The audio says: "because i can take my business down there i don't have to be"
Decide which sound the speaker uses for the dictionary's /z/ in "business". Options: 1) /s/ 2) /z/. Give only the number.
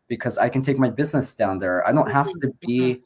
2